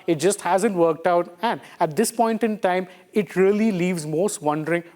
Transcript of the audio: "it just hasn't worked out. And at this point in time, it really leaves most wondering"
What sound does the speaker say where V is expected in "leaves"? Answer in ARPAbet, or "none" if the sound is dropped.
V